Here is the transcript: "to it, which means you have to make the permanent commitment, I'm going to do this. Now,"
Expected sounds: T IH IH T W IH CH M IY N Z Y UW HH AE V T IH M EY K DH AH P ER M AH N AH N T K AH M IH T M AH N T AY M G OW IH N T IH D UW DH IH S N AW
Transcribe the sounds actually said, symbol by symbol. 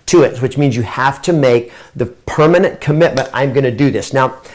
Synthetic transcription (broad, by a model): T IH IH T W IH CH M IY N Z Y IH HH AE F T IH M EY K DH AH P ER M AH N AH N K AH M IH T M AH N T AY M G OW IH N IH D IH DH IH S N AW